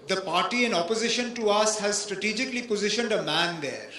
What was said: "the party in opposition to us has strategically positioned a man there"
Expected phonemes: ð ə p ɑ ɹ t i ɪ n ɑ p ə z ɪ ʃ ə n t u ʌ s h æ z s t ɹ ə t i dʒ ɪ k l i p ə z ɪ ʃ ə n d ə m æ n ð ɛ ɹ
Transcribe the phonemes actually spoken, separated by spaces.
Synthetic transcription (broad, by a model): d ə p ɑ ɹ t i ɪ n ɑ p ə z ɪ ʃ ə n t u ʌ s h æ z s t ɹ ə t i dʒ ɪ k l i p ə z ɪ ʃ ə n d ə m æ n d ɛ ɹ